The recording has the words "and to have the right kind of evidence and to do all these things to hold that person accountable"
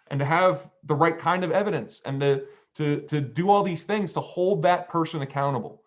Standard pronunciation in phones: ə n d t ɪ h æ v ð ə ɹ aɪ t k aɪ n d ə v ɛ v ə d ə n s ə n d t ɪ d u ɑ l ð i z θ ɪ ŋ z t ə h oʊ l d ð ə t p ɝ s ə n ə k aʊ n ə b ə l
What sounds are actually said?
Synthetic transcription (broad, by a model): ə n t ɪ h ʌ v ð ə ɹ aɪ t k aɪ n d ə v ɛ v ə d ə n s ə n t t ɪ d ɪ ɑ l ð i z θ ɪ ŋ z t ə h oʊ l d ð ə t p ɝ s ə n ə k aʊ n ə b l